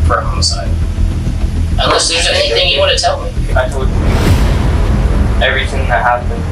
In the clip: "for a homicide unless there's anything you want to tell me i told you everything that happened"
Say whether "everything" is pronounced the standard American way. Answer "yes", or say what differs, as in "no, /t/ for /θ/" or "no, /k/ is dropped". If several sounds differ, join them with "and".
yes